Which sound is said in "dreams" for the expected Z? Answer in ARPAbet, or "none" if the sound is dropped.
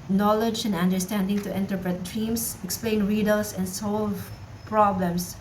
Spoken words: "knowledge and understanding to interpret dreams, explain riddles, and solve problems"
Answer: S